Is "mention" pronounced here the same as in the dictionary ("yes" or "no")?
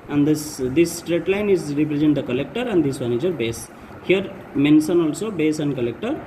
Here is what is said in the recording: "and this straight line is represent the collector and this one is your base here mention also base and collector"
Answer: no